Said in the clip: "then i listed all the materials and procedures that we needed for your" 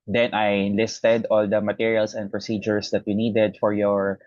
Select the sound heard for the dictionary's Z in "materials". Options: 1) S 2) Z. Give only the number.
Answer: 1